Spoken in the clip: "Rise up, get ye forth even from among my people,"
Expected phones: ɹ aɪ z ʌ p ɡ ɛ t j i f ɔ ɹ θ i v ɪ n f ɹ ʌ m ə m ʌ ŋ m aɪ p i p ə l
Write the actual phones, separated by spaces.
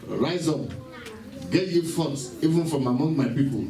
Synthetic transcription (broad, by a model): ɹ aɪ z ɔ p ɡ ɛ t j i f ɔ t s i v ɪ n f ɹ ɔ m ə m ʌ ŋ m aɪ p i p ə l